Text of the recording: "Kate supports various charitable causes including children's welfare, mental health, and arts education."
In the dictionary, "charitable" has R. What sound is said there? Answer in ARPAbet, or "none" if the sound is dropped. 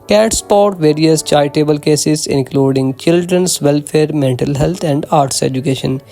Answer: none